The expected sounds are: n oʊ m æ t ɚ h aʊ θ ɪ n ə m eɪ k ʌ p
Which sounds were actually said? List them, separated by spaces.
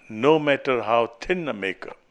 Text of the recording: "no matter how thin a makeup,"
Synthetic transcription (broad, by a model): n oʊ m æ t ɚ h aʊ t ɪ n ə m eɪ k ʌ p